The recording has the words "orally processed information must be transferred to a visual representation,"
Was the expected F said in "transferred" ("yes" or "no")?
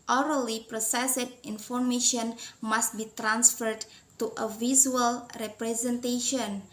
yes